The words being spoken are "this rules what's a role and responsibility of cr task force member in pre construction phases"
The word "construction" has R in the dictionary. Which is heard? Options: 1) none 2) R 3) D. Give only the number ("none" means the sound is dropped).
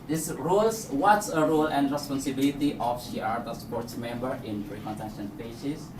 1